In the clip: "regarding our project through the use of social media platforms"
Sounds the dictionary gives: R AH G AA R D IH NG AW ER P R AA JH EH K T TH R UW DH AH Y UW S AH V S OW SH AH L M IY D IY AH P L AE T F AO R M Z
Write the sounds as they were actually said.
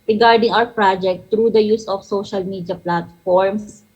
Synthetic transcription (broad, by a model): R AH G AA R D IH NG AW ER P R AA JH EH K T R UW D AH Y UW S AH F S OW SH AH L M IY D IY AH P L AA T F AO R M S